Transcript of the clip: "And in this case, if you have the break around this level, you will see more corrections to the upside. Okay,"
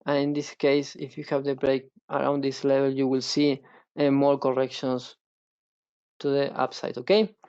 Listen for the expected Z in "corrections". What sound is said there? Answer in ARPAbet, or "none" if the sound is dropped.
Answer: S